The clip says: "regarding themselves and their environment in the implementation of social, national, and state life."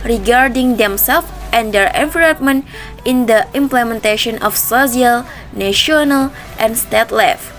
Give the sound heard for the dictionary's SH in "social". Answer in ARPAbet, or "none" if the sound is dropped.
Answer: S